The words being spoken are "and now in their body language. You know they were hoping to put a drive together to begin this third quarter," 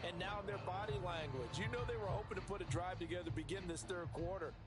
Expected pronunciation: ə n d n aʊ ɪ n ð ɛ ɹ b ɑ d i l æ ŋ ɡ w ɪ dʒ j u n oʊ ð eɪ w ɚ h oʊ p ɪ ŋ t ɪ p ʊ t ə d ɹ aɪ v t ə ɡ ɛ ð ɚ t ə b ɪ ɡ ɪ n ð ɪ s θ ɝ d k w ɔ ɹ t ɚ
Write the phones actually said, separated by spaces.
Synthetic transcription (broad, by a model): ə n n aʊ ɪ n ð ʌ ɹ b ɑ d i l æ ŋ ɡ w ɪ dʒ j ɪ n oʊ ð eɪ w ɚ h oʊ p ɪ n t ɪ p ʊ t ə d ɹ aɪ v t ə ɡ ɛ ð ɚ b ɪ ɡ ɪ n ð ɪ s θ ɝ d k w ɔ ɹ t ɚ